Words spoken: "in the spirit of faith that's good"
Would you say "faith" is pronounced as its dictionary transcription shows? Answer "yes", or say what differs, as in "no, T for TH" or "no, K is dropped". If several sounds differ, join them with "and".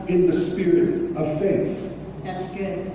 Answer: yes